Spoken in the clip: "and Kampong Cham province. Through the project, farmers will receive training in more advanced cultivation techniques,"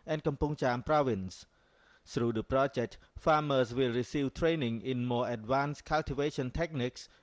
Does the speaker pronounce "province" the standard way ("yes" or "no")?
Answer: yes